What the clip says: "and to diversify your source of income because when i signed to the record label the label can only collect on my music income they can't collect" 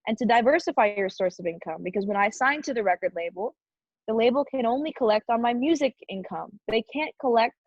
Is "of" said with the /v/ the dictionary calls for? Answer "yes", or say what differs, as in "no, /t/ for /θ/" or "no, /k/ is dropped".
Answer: yes